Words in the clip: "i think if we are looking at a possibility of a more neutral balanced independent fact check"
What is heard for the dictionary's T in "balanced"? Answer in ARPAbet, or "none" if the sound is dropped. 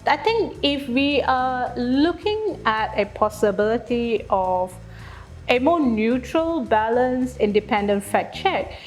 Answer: none